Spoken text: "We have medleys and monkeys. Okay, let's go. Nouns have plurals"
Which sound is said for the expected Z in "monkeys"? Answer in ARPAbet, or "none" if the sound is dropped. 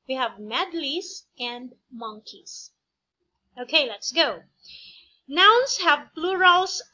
S